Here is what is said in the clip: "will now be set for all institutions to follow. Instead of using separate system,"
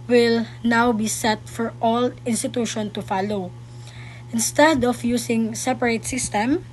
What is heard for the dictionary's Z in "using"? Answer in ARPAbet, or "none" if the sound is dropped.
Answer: S